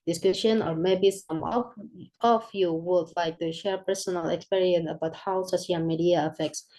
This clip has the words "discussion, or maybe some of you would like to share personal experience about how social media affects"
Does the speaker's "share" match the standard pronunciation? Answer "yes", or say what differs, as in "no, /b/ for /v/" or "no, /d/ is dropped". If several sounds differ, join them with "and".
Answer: yes